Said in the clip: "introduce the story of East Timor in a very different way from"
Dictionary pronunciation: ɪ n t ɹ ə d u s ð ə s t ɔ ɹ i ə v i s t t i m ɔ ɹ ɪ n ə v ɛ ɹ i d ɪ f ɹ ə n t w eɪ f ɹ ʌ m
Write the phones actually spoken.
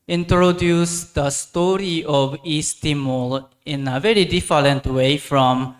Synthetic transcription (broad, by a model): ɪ n t ɹ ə d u s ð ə s t ɔ ɹ i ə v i s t t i m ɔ l ɪ n ə v ɛ ɹ i d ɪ f l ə n t w eɪ f ɹ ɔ m